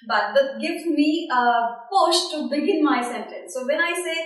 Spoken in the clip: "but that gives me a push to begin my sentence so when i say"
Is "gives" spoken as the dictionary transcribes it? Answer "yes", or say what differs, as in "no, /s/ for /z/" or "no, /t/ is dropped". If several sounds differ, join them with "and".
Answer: no, /z/ is dropped